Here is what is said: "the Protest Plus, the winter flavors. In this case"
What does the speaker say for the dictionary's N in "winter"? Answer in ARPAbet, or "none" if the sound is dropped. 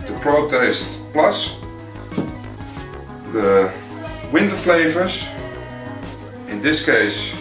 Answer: N